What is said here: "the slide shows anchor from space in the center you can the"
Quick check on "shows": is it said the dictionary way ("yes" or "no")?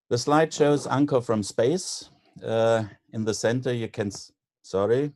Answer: yes